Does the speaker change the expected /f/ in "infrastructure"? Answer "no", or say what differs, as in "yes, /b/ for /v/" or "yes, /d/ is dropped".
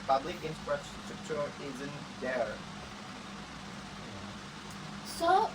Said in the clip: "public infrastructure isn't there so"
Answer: yes, /p/ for /f/